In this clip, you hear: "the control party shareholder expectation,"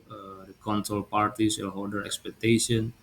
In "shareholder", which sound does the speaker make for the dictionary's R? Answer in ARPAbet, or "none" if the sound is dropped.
L